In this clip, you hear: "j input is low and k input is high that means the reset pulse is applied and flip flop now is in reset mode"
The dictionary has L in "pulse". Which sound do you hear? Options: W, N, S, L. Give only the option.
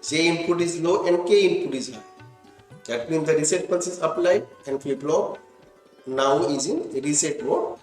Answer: N